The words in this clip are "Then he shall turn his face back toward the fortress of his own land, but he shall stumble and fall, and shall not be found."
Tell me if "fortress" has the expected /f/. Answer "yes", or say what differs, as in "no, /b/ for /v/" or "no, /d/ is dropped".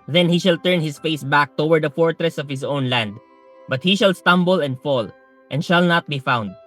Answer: yes